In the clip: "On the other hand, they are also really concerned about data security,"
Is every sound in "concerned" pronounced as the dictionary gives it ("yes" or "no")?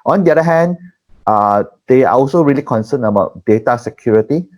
no